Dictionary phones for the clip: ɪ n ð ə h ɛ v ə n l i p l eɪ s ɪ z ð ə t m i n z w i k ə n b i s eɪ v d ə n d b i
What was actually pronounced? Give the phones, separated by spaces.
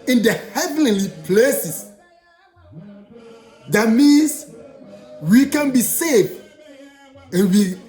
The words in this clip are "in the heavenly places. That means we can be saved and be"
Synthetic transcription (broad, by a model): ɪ n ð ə h ɛ v ə n l i p l eɪ s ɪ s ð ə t m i n s w i k ə n b i s eɪ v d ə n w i